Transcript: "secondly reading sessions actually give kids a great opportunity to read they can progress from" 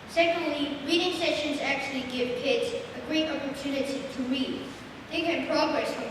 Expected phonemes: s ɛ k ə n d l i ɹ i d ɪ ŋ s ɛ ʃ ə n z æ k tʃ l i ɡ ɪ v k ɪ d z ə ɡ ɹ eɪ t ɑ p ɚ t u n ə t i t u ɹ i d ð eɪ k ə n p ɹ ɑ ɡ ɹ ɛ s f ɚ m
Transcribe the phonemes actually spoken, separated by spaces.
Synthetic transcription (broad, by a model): s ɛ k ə n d l i ɹ i d ɪ ŋ s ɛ ʃ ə n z æ k tʃ l i ɡ ɪ v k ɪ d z ə ɡ ɹ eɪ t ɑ p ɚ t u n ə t i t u ɹ i d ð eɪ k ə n p ɹ ɑ ɡ ɹ ɛ s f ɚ